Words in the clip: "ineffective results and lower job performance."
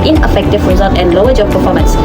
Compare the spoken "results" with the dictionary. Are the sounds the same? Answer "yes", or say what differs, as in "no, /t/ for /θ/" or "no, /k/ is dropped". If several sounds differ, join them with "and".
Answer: no, /l/ is dropped and /s/ is dropped